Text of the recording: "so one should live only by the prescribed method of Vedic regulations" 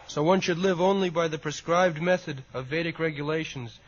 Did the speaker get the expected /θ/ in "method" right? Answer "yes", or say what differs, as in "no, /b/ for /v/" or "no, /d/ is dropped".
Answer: yes